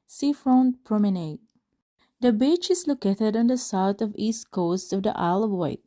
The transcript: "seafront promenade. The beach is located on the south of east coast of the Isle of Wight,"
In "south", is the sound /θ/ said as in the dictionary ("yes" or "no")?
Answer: no